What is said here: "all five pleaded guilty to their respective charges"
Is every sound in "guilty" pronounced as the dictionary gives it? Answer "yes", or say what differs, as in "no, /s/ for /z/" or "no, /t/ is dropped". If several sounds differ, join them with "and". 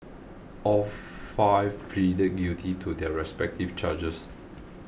no, /l/ is dropped